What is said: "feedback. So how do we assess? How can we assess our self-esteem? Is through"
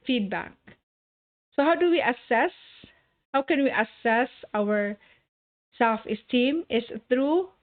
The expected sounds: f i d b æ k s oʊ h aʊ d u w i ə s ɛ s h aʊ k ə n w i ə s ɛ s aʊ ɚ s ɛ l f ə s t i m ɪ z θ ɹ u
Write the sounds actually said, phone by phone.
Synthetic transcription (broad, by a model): f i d b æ k s oʊ h aʊ d u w i ə s ɛ s h aʊ k ə n w i ə s ɛ s aʊ ɚ s ɛ l f ə s t i m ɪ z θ ɹ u